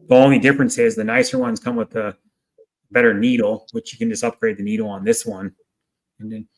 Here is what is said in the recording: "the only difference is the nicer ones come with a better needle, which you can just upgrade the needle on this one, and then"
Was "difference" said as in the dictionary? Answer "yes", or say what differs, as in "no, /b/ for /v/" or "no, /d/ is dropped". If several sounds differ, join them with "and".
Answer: yes